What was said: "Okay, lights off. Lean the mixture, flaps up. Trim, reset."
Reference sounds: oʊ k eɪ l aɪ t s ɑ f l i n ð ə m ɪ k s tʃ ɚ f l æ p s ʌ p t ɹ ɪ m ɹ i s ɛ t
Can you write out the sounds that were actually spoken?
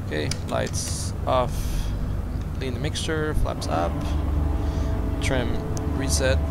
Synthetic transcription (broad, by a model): k eɪ l aɪ t s ɑ f l i n ð ə m ɪ k s tʃ ɚ f l æ p s ʌ p t ɹ ɪ m ɹ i s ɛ t